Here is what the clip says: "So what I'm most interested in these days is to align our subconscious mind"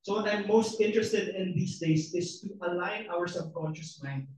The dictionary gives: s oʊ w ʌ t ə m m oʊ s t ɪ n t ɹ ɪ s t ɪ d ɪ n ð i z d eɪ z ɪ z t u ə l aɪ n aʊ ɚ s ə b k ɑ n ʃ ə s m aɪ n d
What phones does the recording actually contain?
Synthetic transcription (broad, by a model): s oʊ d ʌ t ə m m oʊ s t ɪ n t ɹ ɪ s t ɪ d ɪ n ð i s d eɪ s ɪ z t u ə l aɪ n aʊ ɚ s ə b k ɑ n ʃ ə s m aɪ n